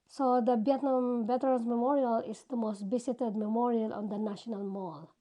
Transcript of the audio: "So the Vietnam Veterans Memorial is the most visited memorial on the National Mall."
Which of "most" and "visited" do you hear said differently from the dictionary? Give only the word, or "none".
visited